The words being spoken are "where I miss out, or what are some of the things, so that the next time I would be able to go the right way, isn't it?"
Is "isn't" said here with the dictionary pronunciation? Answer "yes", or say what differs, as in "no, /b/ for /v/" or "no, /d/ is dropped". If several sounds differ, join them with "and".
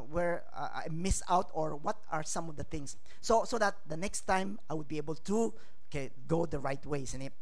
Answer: no, /s/ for /z/